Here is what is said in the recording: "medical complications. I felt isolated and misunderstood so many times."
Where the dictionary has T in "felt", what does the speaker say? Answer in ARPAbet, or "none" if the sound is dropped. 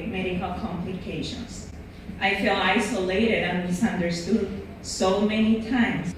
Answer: none